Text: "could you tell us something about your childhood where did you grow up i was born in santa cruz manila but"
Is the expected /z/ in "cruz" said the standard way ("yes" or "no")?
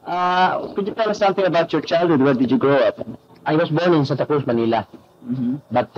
no